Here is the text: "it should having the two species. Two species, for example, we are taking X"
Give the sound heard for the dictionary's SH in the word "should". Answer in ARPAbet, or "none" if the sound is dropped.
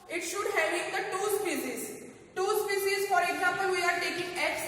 SH